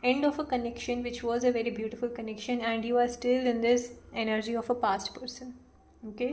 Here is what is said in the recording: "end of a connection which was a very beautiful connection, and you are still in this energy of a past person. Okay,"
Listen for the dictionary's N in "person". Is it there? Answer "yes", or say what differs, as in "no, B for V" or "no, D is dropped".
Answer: yes